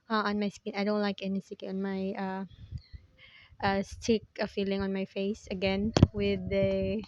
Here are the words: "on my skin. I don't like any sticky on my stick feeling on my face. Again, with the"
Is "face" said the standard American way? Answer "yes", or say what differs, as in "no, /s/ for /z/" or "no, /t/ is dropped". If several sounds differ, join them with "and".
yes